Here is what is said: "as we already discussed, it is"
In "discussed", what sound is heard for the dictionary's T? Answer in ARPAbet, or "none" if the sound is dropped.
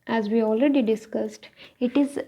T